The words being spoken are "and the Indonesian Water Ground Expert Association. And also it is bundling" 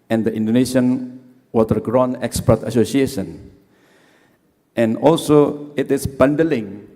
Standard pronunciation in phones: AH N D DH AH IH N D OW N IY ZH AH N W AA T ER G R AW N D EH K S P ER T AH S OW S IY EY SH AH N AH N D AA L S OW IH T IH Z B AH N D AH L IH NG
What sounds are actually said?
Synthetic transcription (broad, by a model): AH N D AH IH N D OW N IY SH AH N W AA T ER G R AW N EH K S P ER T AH S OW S IY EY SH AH N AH N AA L S OW IH T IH S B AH N D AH L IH NG